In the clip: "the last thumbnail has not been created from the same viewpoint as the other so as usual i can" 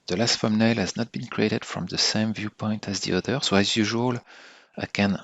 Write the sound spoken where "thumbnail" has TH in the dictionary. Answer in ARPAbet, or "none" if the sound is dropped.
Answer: F